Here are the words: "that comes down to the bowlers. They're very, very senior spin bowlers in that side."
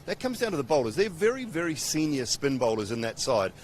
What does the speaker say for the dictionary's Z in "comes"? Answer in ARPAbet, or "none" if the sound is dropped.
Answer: Z